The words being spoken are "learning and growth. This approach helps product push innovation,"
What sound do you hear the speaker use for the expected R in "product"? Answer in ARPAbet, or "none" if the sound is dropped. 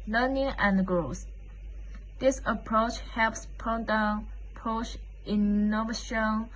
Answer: none